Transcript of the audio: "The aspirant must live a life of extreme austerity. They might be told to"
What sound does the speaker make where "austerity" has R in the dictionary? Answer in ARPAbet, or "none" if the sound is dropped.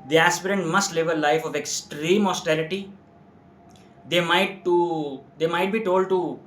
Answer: L